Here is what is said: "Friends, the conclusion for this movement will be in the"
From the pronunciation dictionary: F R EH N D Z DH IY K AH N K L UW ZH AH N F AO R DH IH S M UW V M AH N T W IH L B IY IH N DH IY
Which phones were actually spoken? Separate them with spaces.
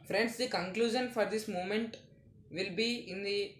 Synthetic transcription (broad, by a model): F R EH N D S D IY K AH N K L UW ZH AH N F AO R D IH S M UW M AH N T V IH L B IY IH N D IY